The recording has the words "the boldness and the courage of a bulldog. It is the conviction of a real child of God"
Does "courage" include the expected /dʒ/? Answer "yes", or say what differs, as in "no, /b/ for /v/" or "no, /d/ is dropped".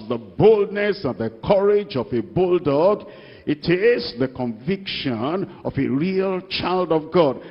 yes